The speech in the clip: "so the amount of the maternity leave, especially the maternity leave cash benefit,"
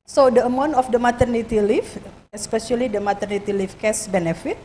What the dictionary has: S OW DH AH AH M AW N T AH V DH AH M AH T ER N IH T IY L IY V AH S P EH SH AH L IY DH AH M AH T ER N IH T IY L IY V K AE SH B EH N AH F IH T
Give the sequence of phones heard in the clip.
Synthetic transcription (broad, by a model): S OW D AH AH M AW N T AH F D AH M AH T ER N IH T IY L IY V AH S P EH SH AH L IY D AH M AH T ER N IH T IY L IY F K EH S B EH N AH F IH T